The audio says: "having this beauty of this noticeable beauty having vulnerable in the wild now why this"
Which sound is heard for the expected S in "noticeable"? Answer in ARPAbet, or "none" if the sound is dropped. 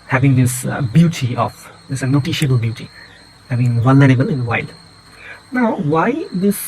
SH